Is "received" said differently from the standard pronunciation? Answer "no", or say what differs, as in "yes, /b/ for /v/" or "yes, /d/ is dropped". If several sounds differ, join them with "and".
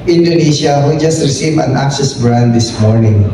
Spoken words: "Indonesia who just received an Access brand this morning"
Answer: yes, /d/ is dropped